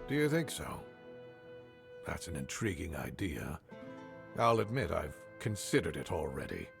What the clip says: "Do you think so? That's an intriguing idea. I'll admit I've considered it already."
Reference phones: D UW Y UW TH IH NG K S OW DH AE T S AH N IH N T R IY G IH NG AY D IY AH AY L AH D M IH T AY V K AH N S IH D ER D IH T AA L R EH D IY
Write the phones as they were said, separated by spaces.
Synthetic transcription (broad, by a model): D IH Y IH TH IH NG K S OW DH AE T S N IH N T R IY G IH NG AY D IY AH AY L AH D M IH T AY V K AH N S IH D ER D IH T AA L R EH D IY